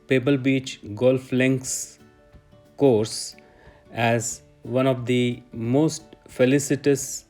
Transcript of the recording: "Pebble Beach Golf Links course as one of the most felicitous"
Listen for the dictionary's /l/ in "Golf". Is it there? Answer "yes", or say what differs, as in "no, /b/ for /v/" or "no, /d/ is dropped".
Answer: yes